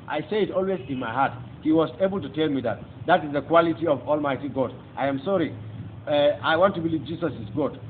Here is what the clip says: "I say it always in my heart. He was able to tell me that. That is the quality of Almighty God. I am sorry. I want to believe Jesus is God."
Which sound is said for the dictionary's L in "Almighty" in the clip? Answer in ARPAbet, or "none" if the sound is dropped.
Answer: L